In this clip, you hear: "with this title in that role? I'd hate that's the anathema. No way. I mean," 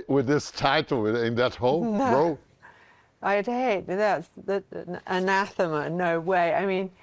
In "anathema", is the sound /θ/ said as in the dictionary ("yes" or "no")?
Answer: yes